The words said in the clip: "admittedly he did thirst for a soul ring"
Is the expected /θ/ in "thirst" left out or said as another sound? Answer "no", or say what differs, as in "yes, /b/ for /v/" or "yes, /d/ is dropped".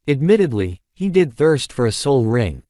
no